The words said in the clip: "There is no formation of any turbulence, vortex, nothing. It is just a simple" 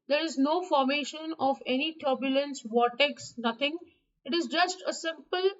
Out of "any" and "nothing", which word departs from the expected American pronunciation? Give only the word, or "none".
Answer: nothing